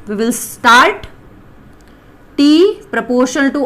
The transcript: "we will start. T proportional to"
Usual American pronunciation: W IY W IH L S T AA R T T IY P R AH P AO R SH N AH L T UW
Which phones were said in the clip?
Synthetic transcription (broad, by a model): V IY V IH L S T AA R T T IY P R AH P AO R SH AH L T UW